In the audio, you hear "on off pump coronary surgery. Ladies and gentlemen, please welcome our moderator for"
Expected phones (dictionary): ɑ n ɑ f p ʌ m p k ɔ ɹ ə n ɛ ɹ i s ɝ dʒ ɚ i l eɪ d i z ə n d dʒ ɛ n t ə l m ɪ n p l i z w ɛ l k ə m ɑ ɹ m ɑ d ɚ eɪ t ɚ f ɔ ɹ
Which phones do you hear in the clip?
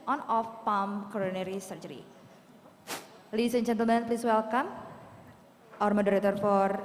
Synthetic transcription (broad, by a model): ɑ n ɑ f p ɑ m k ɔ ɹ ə n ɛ ɹ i s ɝ dʒ ɚ i l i s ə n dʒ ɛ n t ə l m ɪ n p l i s w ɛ l k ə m ɑ ɹ m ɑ d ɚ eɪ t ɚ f ɔ ɹ